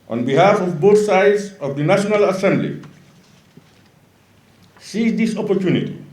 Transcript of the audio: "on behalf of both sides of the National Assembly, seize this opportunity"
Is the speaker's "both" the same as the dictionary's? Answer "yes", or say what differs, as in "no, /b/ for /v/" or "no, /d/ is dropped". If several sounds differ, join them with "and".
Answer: no, /t/ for /θ/